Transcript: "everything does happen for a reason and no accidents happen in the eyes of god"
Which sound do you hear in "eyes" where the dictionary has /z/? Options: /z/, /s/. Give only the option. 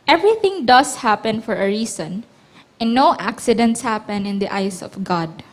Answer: /s/